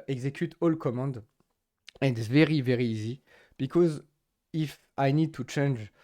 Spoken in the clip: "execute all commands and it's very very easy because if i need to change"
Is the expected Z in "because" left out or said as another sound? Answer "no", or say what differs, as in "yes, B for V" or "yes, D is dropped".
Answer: no